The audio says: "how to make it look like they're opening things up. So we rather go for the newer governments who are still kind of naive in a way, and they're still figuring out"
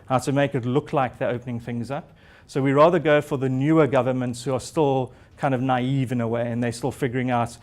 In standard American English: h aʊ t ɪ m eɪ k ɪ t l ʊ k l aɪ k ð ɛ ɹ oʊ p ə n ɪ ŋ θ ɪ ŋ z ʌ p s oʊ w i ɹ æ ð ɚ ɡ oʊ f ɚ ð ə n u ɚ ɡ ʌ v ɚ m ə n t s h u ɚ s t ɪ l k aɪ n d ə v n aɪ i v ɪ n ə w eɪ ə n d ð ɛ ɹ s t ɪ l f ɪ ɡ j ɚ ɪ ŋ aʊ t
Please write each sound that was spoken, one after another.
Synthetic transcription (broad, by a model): h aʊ t ɪ m eɪ k ɪ t l ʊ k l aɪ k ð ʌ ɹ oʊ p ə n ɪ ŋ θ ɪ ŋ z ʌ p s oʊ w i ɹ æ ð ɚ ɡ oʊ f ɚ ð ə n u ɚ ɡ ʌ v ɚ m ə n t s h u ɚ s t ɪ l k aɪ n d ə v n aɪ i v ɪ n ə w eɪ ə n ð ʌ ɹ s t ɪ l f ɪ ɡ j ɚ ɪ ŋ aʊ t